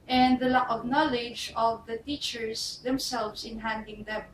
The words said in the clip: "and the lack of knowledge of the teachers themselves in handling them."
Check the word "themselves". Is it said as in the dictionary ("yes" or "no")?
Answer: no